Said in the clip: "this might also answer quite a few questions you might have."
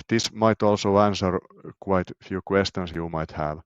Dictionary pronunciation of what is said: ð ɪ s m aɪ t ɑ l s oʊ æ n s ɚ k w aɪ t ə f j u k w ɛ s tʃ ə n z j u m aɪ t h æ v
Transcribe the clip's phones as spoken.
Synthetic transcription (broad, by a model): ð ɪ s m aɪ t ɑ l s oʊ æ n s ɚ k w aɪ t f j u k w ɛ s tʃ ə n s j u m aɪ t h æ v